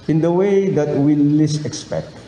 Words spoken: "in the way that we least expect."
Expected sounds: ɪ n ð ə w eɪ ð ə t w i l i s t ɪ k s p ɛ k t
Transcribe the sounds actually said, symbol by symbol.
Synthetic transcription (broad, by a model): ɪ n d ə w eɪ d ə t w i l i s ɪ k s p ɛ k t